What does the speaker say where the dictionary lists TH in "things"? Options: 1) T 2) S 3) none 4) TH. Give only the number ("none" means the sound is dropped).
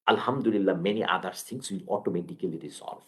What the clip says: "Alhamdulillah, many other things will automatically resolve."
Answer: 2